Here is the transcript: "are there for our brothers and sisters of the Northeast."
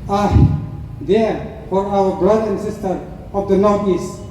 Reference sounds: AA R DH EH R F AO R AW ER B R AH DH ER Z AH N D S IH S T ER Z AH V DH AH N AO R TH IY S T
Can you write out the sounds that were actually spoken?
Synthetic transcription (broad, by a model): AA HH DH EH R F AO R AW ER B R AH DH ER AH N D S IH S T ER AH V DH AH N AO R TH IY S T